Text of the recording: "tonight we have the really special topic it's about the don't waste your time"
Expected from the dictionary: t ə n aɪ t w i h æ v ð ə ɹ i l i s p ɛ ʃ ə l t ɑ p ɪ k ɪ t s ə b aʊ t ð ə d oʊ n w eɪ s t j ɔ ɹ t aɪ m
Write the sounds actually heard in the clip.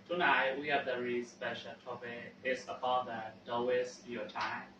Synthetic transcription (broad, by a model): t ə n aɪ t w i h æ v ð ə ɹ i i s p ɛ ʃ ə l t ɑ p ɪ ɪ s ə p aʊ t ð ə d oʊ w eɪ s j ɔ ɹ t aɪ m